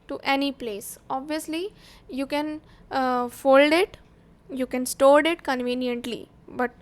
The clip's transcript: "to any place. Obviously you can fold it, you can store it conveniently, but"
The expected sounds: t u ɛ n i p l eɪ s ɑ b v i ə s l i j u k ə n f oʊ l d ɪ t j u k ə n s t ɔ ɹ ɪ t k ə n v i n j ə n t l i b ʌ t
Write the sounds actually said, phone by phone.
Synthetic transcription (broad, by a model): t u ɛ n i p l eɪ s ɑ b v i ə s l i j u k ə n f oʊ l d ɪ t j u k ə n s t ɔ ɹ ɪ t k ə n v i n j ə n t l i b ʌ t